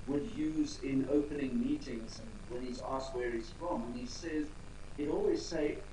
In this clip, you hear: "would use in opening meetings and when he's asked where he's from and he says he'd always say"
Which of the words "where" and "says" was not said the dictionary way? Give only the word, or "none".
none